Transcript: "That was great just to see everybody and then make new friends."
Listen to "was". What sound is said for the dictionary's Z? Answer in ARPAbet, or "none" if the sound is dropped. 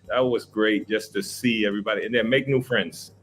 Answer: Z